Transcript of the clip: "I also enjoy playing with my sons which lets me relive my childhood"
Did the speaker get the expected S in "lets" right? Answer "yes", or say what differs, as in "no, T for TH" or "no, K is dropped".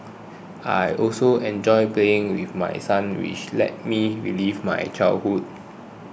no, S is dropped